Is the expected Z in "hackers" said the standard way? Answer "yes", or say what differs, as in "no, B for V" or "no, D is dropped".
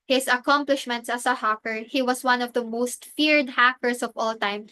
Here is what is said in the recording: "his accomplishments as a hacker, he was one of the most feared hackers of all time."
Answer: no, S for Z